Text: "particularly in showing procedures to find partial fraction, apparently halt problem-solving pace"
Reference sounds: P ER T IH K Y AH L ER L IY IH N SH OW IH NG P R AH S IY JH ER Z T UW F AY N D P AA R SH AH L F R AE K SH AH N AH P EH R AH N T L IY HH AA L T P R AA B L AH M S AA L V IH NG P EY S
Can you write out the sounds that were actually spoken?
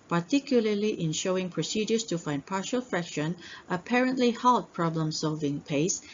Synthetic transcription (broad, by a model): P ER T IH K Y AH L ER L IY IH N SH OW IH NG P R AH S IY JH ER S T UW F AY N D P AA R SH AH L F R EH K SH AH N AH P EH R AH N T L IY HH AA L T P R AA B L AH M S AA L V IH NG P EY S